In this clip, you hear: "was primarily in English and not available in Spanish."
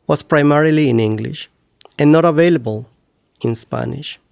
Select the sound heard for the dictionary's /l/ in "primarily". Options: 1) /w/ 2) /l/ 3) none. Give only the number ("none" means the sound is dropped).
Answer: 2